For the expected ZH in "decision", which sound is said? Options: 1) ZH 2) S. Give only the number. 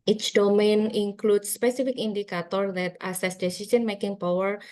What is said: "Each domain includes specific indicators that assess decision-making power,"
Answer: 2